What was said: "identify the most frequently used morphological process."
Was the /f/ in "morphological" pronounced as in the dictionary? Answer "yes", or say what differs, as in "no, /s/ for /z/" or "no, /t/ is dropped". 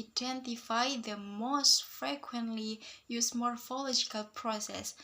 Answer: yes